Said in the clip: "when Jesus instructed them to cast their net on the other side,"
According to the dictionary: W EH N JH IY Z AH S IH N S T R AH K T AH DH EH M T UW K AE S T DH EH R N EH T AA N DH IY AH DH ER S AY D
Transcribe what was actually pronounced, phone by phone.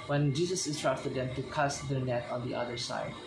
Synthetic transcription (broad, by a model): W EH N JH IY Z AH S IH S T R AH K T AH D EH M T UW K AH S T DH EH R N EH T AA N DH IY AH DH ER S AY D